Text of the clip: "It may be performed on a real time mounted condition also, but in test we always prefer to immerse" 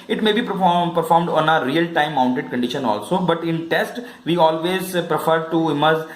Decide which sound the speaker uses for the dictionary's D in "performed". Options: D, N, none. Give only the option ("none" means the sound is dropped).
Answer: D